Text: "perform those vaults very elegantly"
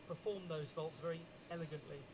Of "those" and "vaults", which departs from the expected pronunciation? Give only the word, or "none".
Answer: none